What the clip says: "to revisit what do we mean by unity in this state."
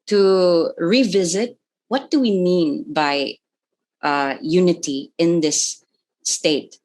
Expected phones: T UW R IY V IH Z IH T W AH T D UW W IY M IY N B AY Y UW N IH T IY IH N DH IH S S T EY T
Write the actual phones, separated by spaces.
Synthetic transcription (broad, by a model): T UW R IY V IH Z IH T W AH T D UW W IY M IY N B AY Y UW N IH T IY IH N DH IH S S T EY T